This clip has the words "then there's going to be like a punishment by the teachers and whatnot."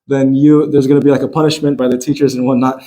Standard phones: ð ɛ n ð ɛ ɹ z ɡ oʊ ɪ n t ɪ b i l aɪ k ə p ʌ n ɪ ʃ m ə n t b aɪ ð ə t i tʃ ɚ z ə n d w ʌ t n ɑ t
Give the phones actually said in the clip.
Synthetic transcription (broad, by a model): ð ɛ n ð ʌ ɹ z ɡ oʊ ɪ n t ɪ b i l aɪ k ə p ʌ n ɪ ʃ m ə n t b aɪ ð ə t i tʃ ɚ z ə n w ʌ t n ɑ t